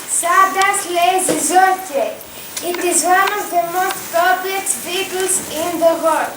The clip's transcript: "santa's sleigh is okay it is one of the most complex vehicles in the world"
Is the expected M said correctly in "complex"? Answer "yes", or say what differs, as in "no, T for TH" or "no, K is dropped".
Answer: no, M is dropped